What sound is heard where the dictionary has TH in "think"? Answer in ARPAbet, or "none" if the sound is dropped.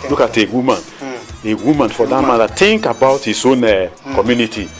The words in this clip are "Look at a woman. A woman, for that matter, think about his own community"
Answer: T